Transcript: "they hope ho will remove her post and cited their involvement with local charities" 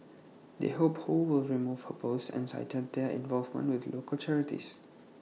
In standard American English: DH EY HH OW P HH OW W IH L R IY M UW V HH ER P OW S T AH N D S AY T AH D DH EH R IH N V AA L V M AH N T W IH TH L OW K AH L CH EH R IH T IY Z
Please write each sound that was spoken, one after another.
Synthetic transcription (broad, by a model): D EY HH OW P HH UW W IH L R IY M UW V HH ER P OW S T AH N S AY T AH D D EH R IH N V AA L V M AH N T W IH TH L OW K AH L CH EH R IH T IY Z